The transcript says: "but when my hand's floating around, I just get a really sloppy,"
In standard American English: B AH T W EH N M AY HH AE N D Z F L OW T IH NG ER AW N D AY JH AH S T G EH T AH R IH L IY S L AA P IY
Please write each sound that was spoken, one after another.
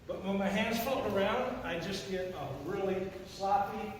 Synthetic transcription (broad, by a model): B AH T W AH N M AY HH AE N D Z F OW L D ER AW N D AY JH AH S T G EH T AH R IH L IY S L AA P IY